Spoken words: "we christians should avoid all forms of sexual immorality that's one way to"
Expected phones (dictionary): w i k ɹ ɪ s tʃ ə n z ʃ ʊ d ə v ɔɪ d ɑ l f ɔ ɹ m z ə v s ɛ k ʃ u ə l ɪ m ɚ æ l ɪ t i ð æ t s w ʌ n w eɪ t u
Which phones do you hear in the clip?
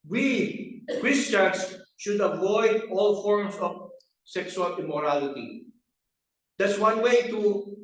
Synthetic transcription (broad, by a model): w i k ɹ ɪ s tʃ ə n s ʃ ʊ d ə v ɔɪ d ɑ l f ɔ ɹ m s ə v s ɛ k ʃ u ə l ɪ m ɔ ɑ l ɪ t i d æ t s w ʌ n w eɪ t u